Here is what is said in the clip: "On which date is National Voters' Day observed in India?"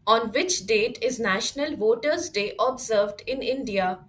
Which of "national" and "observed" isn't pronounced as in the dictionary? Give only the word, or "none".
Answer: none